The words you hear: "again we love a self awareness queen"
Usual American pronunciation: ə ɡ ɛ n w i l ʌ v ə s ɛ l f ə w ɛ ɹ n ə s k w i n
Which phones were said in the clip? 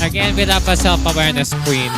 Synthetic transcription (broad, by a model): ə ɡ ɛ n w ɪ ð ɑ p ə s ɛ l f ə w ɛ ɹ n ə s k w i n